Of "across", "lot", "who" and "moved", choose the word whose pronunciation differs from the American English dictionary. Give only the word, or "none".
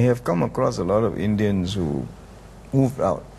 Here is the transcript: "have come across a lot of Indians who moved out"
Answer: moved